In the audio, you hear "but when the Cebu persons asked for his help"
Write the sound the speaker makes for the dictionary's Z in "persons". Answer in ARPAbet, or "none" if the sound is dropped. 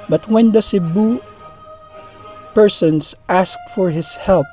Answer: S